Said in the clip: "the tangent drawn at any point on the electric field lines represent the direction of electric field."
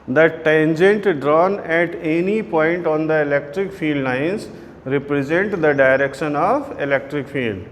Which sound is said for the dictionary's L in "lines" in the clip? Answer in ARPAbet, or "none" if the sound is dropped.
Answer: N